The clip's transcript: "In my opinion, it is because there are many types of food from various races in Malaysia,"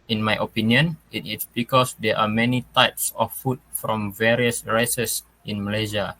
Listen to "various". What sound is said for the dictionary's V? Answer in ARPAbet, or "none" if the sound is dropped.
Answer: V